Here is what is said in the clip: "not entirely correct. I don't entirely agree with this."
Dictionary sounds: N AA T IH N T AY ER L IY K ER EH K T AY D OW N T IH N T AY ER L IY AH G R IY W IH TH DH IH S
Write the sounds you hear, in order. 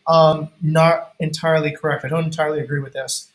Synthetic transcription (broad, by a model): N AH T IH N T AY ER L IY K ER EH K T AY D OW N T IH N T AY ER L IY AH G R IY W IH DH IH S